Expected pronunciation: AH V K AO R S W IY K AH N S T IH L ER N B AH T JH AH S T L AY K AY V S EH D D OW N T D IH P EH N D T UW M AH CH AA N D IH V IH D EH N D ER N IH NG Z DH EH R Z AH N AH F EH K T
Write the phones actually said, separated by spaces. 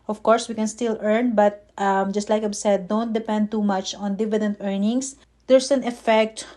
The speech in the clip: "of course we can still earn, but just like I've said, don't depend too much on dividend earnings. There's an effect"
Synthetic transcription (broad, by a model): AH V K AO R S W IY K AH N S T IH L ER N B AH T JH AH S T L AY K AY B S EH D D OW N T D IH P EH N D T UW M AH CH AA N D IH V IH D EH N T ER N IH NG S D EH R S AH N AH F EH K T